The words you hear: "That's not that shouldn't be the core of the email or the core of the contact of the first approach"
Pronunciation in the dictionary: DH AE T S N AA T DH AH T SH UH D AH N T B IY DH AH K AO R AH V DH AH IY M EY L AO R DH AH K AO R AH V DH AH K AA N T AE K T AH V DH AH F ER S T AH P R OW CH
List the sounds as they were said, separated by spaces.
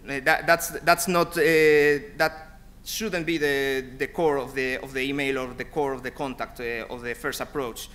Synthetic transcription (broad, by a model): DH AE T S N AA T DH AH T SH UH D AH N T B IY DH AH K AO R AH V DH AH IY M EY L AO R DH AH K AO R AH V DH AH K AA N T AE K T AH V DH AH F ER S T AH P R OW CH